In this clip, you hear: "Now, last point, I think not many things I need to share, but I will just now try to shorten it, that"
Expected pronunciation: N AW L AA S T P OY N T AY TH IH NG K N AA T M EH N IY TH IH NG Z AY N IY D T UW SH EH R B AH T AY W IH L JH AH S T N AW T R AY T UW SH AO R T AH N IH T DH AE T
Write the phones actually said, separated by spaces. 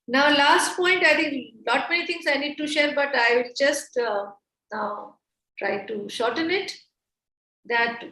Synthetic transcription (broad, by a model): N AW L AA S T P OY N T AY T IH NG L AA T M EH N IY T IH NG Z AY N IY D T UW SH EH R B AH T AY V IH L JH AH S T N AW T R AY T UW SH AO R T AH N IH T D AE T